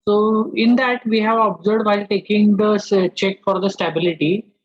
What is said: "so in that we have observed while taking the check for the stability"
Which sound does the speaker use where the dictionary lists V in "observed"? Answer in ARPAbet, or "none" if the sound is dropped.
none